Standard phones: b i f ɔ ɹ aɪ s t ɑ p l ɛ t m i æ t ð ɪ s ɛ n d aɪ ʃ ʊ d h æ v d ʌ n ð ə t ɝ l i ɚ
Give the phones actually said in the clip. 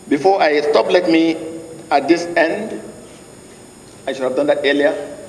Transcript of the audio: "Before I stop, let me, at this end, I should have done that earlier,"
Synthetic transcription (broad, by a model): b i f ɔ aɪ s t ɑ p l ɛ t m i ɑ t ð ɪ s ɛ n d aɪ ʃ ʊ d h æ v d ʌ n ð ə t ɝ l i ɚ